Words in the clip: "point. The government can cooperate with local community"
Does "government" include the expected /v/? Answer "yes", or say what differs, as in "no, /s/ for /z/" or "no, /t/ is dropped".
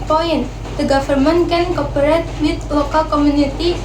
no, /f/ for /v/